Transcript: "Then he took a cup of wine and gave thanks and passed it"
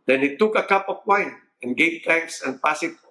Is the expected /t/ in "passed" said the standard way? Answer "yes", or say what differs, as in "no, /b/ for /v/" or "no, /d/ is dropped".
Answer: no, /t/ is dropped